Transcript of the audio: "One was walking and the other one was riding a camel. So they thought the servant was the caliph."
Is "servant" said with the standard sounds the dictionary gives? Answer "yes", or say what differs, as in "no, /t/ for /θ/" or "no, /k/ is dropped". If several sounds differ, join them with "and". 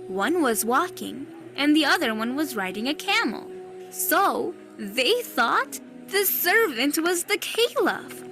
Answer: yes